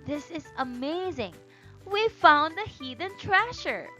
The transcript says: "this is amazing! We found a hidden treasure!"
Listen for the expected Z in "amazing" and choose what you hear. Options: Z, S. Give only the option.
Z